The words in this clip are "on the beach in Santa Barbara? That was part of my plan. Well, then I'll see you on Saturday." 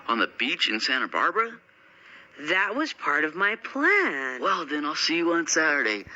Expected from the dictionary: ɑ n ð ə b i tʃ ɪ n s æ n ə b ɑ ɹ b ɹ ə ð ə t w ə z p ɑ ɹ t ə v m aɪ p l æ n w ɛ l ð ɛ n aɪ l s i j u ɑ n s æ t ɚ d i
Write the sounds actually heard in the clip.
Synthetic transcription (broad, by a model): n ð ə b i tʃ ɪ n s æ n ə b ɑ ɹ b ɹ ə ð ə t w ə z p ɑ ɹ t ə v m aɪ p l æ n w ɛ l ð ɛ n aɪ l s i j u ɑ n s æ t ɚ d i